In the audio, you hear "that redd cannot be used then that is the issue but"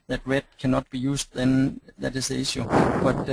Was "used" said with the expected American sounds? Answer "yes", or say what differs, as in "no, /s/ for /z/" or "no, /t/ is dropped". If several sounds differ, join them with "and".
no, /s/ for /z/